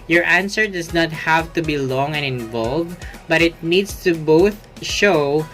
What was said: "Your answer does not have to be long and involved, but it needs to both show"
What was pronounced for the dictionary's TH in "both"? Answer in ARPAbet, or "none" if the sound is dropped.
TH